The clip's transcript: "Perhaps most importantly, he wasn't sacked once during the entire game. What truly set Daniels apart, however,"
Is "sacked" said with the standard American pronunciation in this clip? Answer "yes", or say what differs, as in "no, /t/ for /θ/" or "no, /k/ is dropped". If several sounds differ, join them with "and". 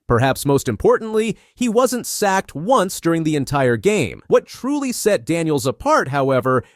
yes